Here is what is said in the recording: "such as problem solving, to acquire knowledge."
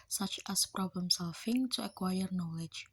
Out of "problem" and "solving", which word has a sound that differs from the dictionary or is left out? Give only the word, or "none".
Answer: solving